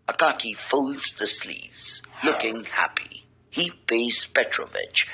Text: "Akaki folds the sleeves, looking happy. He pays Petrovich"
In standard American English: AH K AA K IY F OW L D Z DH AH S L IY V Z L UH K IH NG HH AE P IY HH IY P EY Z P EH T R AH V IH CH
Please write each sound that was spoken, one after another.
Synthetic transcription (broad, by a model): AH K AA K IY F OW L D Z DH AH S L IY V Z L UH K IH NG HH AE P IY HH IY B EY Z P EH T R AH V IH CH